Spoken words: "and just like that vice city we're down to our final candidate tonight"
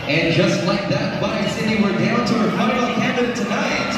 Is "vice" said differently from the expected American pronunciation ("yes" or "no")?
yes